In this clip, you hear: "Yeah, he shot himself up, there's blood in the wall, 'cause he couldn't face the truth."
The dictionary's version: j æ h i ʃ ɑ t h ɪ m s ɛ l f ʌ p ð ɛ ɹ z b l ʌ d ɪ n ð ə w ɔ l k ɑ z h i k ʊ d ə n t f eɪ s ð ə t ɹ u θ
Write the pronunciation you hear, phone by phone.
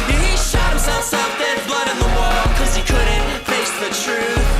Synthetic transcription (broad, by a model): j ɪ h i ʃ ɑ t h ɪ m s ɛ l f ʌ f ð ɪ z b l ʌ d ɪ n ð ə w ɔ l k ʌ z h i k ʊ d n t f eɪ s ð ə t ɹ u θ